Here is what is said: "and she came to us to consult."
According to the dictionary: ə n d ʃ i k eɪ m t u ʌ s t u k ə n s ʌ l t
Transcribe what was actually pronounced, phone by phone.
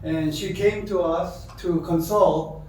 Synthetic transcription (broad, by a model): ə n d ʃ i k eɪ m t u ʌ s t u k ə n s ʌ l t